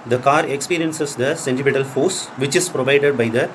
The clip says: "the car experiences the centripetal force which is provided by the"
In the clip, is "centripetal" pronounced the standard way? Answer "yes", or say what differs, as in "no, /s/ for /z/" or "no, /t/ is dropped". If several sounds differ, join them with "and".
no, /ɹ/ is dropped